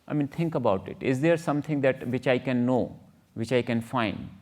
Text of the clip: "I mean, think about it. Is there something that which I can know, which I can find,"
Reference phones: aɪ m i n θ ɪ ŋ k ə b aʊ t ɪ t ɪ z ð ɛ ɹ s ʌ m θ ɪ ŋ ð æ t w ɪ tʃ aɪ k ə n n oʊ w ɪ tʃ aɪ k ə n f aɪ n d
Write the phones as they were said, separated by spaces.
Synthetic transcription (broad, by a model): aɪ m i n t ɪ ŋ k ə b aʊ t ɪ t ɪ z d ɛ ɹ s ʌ m t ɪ ŋ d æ t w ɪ tʃ aɪ k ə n n oʊ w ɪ tʃ aɪ k ə n f aɪ n d